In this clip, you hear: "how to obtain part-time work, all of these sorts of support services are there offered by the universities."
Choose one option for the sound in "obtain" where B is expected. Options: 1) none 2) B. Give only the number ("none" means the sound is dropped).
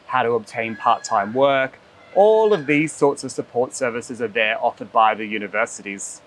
2